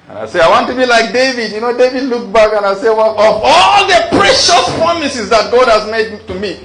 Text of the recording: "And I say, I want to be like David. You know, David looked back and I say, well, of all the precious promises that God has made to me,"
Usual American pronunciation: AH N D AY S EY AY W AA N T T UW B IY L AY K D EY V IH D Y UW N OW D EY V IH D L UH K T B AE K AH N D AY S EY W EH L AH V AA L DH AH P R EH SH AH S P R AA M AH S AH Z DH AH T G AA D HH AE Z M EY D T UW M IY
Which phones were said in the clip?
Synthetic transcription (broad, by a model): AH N AY S EY AY W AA N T T UW B IY L AY K D EY V IH D Y UW N OW D EY V IH D L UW K B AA K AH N AY S EY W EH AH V AA L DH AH P R EH SH AH S P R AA M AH S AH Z DH AH T G AA D HH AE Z M EY D T UW M IY